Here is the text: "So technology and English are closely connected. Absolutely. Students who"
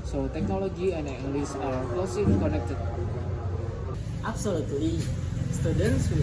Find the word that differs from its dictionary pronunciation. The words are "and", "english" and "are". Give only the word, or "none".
english